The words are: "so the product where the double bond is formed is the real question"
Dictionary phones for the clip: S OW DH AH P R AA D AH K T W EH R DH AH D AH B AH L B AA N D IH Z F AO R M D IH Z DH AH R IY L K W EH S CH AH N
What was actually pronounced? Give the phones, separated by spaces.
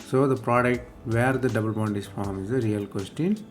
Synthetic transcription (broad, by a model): S OW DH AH P R AA D AH K T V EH R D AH D AH B AH L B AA N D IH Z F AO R M IH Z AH R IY L K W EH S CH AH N